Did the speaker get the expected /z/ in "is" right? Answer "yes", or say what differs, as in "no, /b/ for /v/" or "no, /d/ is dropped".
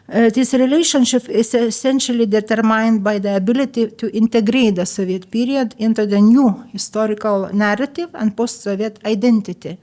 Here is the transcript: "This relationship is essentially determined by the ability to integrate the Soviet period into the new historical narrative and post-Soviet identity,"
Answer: no, /s/ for /z/